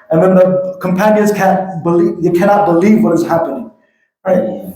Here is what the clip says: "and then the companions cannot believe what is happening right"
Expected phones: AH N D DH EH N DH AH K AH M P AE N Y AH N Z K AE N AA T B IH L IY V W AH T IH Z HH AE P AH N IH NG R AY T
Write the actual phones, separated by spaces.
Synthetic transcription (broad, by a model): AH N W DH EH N DH AH K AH M P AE N Y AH N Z K AE N AA T B IH L IY V W AH T IH Z HH AE P AH N IH NG R AY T